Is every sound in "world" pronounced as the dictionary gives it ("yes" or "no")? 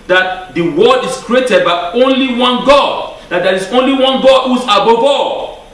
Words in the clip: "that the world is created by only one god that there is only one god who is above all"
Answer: no